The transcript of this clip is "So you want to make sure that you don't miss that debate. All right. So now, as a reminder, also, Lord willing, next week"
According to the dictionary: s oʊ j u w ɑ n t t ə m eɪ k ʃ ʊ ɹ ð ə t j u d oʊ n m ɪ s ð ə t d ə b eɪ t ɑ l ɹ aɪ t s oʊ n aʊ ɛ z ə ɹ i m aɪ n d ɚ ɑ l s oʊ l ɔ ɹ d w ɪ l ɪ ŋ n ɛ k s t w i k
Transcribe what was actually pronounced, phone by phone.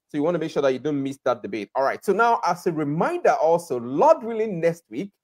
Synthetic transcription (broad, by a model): s oʊ j u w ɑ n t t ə m eɪ k ʃ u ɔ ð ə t j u d oʊ n m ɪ s ð ə t d ə b eɪ t ɑ l ɹ aɪ t s oʊ n aʊ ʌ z ə ɹ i m aɪ n d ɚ ɑ l s oʊ l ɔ d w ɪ l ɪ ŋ n ɛ k s t w i k